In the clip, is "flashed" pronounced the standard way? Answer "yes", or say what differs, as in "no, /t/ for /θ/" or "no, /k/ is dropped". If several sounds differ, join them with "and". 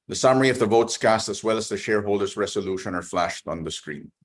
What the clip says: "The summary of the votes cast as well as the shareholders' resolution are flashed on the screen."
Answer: yes